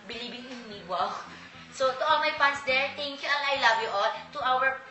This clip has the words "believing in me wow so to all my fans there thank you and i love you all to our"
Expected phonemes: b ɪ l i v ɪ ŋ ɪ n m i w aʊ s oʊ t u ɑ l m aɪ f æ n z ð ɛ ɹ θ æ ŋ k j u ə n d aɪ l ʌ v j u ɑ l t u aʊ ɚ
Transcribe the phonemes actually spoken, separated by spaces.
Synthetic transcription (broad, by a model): b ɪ l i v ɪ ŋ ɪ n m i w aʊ s oʊ t u ɑ l m aɪ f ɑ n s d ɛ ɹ t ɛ ŋ k j u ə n aɪ l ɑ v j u ɑ l t u aʊ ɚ